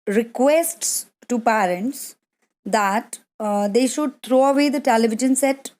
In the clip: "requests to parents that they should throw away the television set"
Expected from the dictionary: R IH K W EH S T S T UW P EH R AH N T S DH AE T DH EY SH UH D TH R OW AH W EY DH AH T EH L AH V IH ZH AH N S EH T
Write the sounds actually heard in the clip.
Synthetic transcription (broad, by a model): R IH K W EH S T S T UW P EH R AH N T S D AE T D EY SH UH D T R OW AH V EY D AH T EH L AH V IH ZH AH N S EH T